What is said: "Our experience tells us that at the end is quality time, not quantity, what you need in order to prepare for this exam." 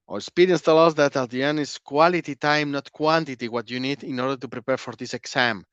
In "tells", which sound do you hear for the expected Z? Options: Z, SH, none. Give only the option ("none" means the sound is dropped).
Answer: none